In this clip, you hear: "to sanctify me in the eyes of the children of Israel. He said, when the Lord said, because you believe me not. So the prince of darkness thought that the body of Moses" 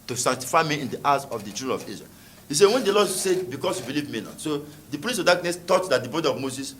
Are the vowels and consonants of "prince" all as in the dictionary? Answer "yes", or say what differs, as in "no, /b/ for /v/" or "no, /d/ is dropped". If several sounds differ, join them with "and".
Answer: no, /n/ is dropped